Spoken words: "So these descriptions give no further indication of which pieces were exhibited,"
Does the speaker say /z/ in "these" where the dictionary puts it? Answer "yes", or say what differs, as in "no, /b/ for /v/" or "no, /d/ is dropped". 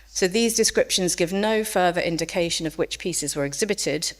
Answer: yes